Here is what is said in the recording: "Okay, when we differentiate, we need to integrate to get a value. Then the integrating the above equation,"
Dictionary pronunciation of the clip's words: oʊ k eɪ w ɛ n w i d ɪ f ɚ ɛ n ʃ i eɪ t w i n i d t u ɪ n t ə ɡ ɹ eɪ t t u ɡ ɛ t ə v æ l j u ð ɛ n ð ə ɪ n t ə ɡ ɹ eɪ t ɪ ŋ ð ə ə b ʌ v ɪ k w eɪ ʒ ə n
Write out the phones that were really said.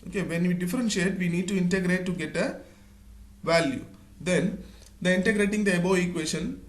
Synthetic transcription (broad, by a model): oʊ k eɪ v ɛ n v i d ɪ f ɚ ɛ n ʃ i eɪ t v i n i d t u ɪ n t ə ɡ ɹ eɪ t t u ɡ ɛ t ə v æ l j u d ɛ n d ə ɪ n t ə ɡ ɹ eɪ t ɪ ŋ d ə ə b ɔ ɪ k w eɪ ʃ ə n